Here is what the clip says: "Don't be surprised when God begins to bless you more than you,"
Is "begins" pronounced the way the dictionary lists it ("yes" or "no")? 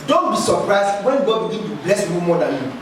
no